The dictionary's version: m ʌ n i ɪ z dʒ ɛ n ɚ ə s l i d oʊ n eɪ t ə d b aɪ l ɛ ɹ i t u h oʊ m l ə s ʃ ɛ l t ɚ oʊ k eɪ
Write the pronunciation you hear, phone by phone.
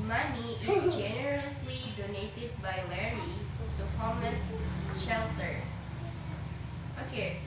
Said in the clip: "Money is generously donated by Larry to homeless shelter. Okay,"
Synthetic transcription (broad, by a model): m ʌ n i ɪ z dʒ ɛ n ɚ ə s l i d oʊ n eɪ t ə d b aɪ l ɛ ɹ i t u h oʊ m ə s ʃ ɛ l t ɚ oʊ k eɪ